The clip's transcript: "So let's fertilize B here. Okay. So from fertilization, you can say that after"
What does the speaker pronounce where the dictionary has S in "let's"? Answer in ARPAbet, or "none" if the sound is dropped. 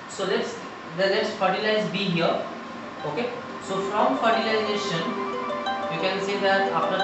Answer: S